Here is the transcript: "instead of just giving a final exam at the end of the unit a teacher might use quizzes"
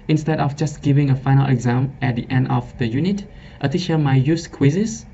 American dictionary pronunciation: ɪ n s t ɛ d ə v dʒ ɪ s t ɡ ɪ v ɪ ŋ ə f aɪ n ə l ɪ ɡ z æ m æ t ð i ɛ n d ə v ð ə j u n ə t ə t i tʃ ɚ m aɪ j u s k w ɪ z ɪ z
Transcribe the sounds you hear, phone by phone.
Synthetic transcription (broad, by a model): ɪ n s t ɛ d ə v dʒ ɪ s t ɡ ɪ v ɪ ŋ ə f aɪ n ə l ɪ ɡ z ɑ m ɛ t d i ɛ n d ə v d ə j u n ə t ə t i ʃ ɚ m aɪ j u s k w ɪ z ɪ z